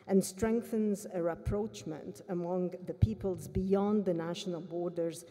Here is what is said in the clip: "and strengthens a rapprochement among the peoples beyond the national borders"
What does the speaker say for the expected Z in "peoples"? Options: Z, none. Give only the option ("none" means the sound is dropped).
Z